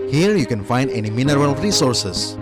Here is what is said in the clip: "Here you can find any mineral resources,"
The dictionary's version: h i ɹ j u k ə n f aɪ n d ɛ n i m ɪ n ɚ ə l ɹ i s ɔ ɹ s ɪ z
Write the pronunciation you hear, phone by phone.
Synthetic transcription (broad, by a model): h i ɹ j u k ə n f aɪ n d ɛ n i m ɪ n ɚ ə l ɹ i s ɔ ɹ s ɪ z